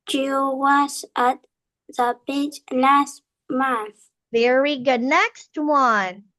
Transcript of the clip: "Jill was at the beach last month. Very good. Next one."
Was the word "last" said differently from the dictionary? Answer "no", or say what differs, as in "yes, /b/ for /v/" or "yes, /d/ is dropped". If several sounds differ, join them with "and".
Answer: yes, /n/ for /l/